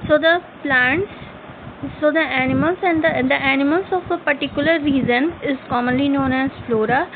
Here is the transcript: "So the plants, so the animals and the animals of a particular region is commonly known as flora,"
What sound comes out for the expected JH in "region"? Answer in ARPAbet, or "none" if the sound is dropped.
Z